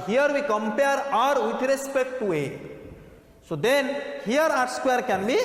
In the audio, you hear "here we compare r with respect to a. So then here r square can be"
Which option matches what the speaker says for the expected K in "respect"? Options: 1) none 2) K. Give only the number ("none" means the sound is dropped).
2